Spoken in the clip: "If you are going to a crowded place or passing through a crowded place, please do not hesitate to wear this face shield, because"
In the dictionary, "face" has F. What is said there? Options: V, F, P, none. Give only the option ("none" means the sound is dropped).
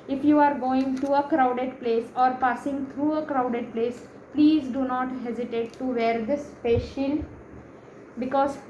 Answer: P